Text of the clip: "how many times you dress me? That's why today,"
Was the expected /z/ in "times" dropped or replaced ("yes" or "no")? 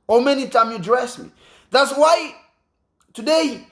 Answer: yes